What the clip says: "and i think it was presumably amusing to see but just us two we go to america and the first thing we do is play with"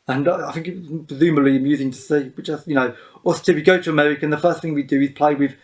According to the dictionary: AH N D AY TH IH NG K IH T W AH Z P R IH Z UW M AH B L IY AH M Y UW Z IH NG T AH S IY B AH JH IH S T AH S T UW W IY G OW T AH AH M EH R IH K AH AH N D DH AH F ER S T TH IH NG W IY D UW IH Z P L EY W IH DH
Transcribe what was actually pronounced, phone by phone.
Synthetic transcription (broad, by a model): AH N AY TH IH NG K IH T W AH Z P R Z UW M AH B L IY AH M Y UW Z IH NG T AH S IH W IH CH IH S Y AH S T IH W IY G OW T AH AH M EH R IH K AH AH N DH AH F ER S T TH IH NG W IY D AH IH Z P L EY W IH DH